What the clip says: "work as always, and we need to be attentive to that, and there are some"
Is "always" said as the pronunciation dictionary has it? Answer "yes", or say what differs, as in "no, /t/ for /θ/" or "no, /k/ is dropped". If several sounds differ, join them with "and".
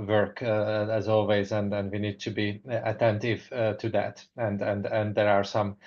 yes